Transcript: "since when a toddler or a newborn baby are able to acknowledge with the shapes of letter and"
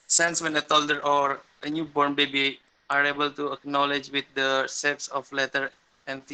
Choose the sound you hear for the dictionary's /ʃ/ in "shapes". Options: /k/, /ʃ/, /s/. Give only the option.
/s/